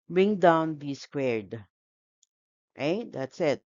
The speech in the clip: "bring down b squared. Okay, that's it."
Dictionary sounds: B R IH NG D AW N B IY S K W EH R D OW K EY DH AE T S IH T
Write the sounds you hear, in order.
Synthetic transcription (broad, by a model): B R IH NG D AW N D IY S K W EH R D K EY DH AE T S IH T